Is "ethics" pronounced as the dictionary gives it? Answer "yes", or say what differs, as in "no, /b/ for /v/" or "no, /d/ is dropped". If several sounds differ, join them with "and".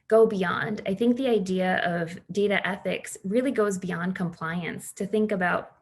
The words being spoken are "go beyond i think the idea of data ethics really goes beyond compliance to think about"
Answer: yes